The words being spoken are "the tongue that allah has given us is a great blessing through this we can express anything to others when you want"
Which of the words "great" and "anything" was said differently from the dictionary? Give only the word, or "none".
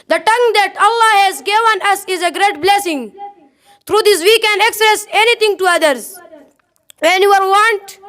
anything